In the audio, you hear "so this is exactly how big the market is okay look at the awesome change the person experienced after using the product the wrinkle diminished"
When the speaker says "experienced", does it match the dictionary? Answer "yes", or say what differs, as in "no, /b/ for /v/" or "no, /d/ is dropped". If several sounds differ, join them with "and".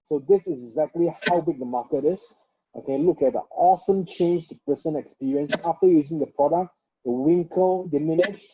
no, /t/ is dropped